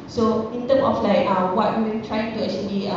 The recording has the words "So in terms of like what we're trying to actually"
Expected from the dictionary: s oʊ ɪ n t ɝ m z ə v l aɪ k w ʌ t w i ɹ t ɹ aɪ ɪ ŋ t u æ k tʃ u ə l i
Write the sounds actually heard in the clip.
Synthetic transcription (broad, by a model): s oʊ ɪ n t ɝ m ə f l aɪ k w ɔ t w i w t ɹ aɪ ɪ ŋ t u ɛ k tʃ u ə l i